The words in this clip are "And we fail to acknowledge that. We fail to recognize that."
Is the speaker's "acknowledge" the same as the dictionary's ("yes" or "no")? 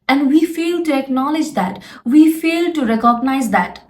yes